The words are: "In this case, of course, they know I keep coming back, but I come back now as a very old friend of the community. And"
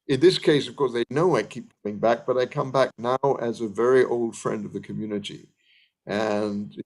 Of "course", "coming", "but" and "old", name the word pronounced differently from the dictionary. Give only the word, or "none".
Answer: none